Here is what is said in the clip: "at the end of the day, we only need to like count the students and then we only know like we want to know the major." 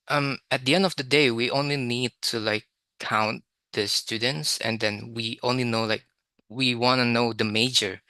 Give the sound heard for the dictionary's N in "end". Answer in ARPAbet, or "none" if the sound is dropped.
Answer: N